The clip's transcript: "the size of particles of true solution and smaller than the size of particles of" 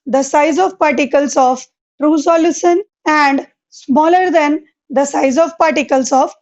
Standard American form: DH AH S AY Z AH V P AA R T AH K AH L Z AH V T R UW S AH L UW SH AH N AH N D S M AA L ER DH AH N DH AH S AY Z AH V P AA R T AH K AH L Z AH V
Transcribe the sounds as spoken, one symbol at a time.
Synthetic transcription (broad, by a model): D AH S AY Z AH V P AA R T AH K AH L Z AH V T R UW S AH L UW S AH N AH N D S M AA L ER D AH N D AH S AY Z AH V P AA R T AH K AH L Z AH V